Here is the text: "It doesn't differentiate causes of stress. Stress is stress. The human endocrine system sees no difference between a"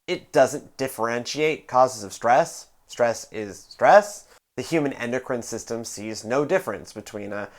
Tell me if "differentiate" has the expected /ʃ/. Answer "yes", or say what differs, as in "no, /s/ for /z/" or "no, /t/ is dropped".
yes